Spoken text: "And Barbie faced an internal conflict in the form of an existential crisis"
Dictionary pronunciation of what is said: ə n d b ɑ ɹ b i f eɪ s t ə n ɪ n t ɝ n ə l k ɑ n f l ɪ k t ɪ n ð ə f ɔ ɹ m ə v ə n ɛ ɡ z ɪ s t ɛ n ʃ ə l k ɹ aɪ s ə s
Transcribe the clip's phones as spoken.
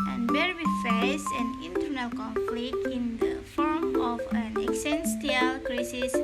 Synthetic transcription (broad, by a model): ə n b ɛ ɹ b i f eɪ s ə n ɪ n t ɝ n ə l k ɑ n f l ɪ k t ɪ n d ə f ɔ ɹ m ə f ə n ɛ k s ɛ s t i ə l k ɹ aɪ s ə s